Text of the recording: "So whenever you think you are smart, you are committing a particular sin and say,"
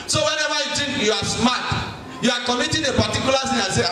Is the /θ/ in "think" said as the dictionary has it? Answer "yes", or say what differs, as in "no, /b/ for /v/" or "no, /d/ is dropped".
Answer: no, /t/ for /θ/